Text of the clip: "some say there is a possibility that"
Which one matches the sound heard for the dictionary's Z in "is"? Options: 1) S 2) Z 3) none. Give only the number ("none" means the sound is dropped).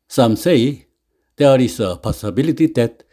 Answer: 1